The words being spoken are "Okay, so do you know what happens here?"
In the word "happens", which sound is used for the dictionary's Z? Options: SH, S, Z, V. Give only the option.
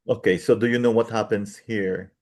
S